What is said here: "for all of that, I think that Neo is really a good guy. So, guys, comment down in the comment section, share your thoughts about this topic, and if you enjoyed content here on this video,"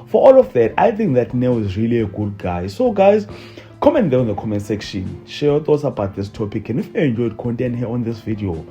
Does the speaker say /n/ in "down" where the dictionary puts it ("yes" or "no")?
no